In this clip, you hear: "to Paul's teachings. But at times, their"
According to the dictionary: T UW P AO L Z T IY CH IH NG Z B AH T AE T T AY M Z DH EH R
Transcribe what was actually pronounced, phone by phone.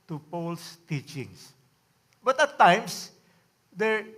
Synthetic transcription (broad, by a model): T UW P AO L S T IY CH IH NG S B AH T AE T T AY M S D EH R